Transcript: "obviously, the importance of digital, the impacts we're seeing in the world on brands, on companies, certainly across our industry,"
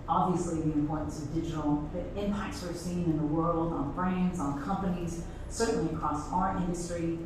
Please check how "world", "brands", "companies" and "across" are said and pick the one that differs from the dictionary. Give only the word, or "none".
none